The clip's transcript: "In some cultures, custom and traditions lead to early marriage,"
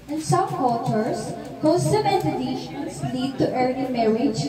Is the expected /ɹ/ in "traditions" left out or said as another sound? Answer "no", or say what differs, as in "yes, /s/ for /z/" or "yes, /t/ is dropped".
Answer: yes, /ɹ/ is dropped